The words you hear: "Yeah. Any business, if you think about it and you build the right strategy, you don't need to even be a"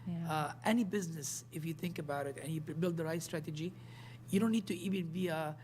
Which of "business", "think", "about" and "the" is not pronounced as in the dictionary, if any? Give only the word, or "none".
none